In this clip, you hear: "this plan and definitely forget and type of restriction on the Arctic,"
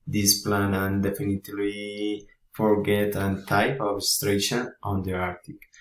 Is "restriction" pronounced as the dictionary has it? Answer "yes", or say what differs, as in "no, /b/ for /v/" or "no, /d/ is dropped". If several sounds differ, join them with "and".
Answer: no, /k/ is dropped